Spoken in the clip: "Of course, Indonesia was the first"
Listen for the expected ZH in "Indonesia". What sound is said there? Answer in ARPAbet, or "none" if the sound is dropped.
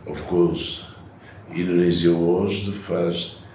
Z